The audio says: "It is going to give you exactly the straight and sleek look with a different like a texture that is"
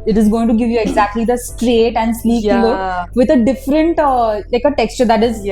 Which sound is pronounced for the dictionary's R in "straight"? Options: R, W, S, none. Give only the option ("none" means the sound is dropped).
R